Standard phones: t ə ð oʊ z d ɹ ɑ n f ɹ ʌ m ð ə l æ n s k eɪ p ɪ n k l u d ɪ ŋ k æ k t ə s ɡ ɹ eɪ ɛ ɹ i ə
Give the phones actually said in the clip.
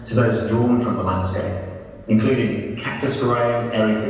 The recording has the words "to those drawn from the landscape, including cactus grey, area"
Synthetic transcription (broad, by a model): t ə ð oʊ z d ɹ ɑ n f ɹ ʌ m ð ə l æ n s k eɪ ɪ n k l u d ɪ ŋ k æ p t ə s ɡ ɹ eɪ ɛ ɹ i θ